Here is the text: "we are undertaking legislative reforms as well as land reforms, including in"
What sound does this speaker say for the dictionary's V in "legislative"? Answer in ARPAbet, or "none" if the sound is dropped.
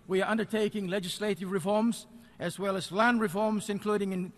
V